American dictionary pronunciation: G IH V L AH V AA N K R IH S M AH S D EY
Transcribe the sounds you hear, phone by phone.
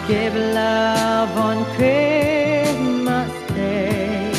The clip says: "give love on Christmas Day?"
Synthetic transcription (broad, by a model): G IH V L AH V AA N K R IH M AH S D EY